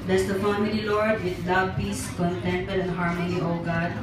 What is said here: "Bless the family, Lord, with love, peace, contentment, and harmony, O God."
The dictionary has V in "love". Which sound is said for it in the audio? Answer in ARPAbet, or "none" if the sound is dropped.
B